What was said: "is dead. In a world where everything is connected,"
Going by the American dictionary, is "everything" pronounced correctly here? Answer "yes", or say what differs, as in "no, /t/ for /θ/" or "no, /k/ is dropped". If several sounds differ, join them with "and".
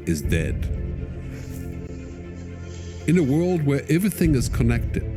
yes